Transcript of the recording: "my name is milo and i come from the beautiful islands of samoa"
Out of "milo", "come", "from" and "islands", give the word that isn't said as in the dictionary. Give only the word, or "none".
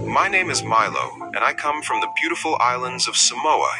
none